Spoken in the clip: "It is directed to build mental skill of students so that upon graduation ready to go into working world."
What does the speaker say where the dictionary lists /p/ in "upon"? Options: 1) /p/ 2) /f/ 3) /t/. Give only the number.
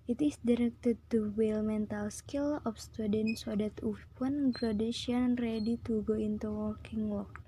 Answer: 2